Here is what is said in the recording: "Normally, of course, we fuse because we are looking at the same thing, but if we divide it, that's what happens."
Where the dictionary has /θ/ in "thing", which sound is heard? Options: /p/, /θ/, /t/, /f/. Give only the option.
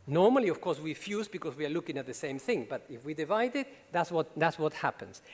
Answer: /θ/